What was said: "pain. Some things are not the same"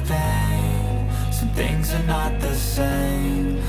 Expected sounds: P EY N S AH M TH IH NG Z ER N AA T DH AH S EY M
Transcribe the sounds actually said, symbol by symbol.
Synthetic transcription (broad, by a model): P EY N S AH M TH IH NG Z ER N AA T DH AH S EY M